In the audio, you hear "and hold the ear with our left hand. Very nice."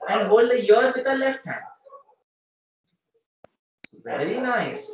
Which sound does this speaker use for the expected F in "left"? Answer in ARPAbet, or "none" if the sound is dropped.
F